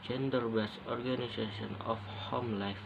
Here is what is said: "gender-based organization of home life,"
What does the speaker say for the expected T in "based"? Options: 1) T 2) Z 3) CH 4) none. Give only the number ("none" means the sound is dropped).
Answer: 4